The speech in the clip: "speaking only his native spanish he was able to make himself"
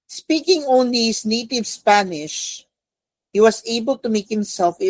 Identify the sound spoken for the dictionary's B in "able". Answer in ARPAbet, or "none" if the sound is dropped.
B